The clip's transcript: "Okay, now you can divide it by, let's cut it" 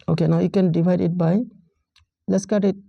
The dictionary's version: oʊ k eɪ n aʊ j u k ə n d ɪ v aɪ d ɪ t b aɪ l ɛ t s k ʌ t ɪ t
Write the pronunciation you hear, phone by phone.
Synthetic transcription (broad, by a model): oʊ k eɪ n aʊ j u k ə n d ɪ b aɪ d ɪ t b aɪ l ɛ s k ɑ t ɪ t